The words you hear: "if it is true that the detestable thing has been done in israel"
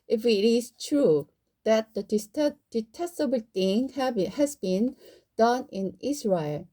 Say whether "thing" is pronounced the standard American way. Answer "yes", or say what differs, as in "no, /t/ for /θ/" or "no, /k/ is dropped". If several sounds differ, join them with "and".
no, /t/ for /θ/